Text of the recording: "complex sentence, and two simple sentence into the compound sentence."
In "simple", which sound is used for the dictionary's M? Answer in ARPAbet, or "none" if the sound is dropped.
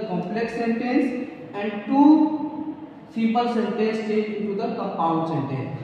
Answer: none